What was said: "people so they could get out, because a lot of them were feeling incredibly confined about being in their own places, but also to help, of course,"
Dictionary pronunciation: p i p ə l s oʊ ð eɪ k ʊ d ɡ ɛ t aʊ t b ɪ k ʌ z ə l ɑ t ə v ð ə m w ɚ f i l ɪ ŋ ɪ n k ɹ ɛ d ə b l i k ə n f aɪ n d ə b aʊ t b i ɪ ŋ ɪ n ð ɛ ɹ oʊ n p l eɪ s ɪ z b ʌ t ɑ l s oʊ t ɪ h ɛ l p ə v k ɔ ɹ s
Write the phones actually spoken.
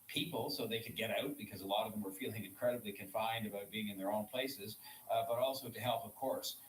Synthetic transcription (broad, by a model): p i p l s oʊ ð eɪ k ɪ d ɡ ɛ t aʊ t b ɪ k ʌ z ə l ɑ t ə v ð ə m w ɚ f i l ɪ ŋ ɪ n k ɹ ɛ d ə b l i k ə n f aɪ n d ə b aʊ t b i ɪ ŋ ɪ n ð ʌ ɹ oʊ n p l eɪ s ɪ z b ʌ t ɑ l s oʊ t ɪ h ɛ l p ə v k ɔ ɹ s